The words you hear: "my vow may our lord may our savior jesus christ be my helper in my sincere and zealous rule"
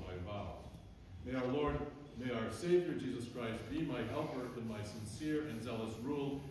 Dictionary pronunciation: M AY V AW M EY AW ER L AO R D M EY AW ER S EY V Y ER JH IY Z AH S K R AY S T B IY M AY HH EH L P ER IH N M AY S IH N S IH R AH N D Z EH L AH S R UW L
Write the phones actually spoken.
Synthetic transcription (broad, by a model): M AY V AW M EY AW ER L AO R D M EY AW ER S EY V Y ER JH IY Z AH S K R AY S T B IY M AY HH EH L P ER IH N M AY S IH N S IH R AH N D Z EH L AH S R UW L